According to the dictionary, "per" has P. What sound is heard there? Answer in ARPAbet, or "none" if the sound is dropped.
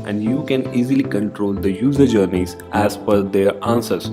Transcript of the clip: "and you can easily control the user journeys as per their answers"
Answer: F